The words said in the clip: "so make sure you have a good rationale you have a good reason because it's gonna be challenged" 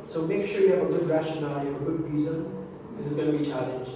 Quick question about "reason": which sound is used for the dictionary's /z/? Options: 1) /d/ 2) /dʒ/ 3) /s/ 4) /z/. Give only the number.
4